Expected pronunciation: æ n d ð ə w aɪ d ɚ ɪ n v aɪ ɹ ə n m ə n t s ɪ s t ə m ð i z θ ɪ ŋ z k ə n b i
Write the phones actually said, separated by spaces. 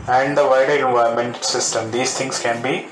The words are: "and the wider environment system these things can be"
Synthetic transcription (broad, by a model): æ n d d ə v aɪ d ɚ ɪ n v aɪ ə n m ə n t s ɪ s t ə m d i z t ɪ ŋ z k ə n b i